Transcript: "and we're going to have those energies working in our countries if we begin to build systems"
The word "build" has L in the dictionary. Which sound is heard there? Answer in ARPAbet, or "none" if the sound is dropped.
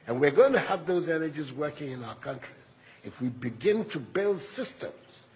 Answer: L